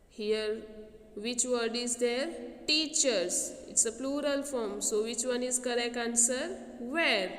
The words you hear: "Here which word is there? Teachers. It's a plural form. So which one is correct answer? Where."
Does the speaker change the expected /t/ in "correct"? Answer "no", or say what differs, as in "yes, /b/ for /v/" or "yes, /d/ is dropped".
yes, /t/ is dropped